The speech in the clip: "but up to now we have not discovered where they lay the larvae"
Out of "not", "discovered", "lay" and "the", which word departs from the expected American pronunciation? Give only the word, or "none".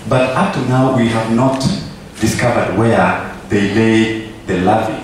none